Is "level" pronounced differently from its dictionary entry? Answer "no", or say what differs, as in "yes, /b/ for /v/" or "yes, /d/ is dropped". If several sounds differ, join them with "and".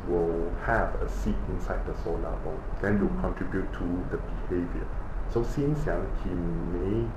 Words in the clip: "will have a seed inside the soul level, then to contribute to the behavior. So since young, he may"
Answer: yes, /v/ is dropped